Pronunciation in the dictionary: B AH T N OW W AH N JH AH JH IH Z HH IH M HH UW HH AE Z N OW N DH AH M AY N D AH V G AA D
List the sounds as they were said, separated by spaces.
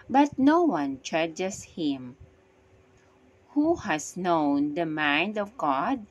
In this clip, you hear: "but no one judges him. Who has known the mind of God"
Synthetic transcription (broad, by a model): B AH T N OW W AH N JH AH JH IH S HH IH M HH UW HH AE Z N OW N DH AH M AY N D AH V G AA D